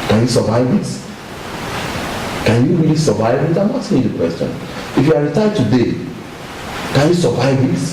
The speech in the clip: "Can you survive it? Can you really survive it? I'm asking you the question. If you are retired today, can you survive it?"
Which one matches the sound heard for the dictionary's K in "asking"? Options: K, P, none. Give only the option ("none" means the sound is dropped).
none